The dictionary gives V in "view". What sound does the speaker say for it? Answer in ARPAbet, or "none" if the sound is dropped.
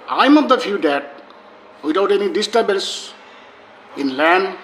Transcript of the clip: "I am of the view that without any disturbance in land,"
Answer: F